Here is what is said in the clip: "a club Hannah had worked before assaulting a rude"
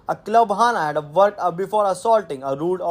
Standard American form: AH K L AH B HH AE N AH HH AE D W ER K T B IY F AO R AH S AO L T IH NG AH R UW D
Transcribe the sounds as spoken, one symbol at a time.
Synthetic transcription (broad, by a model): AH K L AH B HH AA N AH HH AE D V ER T B IY F AO R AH S AO L T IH NG AH R UW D